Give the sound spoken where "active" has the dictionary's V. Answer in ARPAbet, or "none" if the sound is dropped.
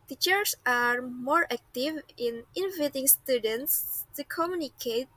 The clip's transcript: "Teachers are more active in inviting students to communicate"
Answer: V